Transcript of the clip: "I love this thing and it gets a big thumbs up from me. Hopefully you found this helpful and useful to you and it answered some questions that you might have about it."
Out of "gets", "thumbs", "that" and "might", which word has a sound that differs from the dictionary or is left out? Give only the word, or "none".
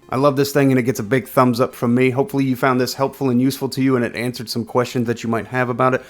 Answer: none